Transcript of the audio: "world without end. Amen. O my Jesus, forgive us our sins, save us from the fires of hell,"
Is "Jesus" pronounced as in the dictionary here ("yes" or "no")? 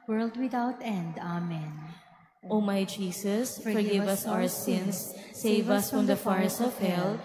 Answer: no